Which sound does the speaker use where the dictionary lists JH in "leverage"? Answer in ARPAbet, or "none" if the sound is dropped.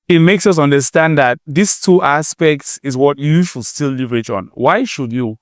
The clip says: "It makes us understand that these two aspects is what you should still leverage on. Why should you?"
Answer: CH